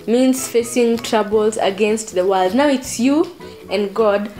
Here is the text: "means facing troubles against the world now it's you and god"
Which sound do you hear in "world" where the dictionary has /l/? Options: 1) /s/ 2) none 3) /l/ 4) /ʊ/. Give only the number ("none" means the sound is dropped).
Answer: 3